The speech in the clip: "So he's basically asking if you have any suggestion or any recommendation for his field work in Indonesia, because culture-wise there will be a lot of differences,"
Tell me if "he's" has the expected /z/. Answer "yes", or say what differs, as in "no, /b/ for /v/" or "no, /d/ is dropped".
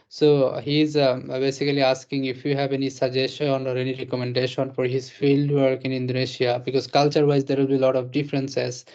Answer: yes